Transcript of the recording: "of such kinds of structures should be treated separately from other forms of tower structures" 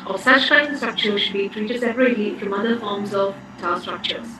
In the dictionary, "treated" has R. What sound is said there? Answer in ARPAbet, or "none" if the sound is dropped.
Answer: R